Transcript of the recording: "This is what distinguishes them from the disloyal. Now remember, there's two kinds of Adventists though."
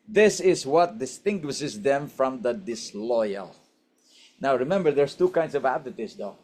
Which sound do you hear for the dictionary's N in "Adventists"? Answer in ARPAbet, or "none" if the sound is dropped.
none